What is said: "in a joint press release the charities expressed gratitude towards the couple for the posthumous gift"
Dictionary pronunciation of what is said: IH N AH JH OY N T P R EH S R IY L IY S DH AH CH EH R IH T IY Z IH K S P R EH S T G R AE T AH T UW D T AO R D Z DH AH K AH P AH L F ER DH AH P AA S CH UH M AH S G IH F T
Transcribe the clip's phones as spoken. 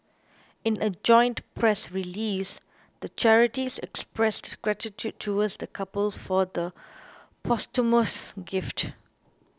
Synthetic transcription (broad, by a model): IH N AH JH OY N T P R EH S R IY L IY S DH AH CH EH R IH T IY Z IH K S P R EH S T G R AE T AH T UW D T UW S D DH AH K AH P AH L F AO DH AH P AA S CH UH M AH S G IH F T